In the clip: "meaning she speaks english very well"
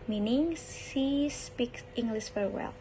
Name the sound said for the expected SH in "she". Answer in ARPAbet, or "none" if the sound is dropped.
S